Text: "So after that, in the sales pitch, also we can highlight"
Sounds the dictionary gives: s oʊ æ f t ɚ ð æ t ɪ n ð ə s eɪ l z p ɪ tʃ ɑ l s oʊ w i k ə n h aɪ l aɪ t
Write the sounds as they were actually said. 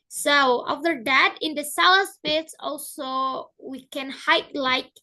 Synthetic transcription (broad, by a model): s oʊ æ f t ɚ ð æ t ɪ n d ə s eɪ l s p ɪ s ɑ l s oʊ w i k ə n h aɪ l aɪ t